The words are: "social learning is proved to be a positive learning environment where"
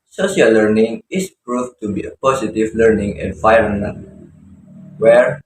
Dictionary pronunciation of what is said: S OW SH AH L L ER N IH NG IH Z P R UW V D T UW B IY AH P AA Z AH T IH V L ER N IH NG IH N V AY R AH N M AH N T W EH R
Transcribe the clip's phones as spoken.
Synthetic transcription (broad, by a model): S OW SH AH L L ER N IH NG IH S P R UW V T UW B IY AH P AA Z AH T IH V L ER N IH NG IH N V AY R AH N AH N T W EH R